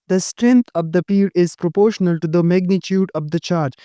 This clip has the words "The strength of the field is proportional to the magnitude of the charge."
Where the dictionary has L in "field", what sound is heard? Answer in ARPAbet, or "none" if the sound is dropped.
none